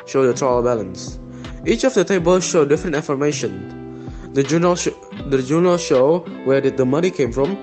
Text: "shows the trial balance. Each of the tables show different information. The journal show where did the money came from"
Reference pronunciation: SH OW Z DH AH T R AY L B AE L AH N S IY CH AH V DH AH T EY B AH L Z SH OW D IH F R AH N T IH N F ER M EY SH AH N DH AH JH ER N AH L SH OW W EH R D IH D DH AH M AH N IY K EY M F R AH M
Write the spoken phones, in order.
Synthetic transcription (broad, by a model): SH OW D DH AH T R AY L B AE L AH N S IY CH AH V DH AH T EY B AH L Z SH OW D IH F R AH N T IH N F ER M EY SH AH N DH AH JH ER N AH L SH OW W EH R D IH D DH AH M AH N IY K EY M F R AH M